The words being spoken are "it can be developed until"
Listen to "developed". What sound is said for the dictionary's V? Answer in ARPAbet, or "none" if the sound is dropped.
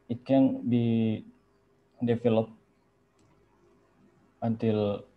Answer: F